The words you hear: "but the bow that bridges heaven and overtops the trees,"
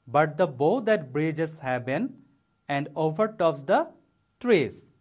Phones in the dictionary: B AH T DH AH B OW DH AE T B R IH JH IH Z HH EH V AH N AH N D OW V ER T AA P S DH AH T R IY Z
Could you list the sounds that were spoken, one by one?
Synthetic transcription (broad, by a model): B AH T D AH B OW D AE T B R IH JH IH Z HH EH B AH N AH N D OW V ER T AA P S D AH T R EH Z